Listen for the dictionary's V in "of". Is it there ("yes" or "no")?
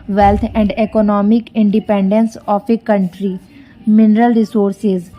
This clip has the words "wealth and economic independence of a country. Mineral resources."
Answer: no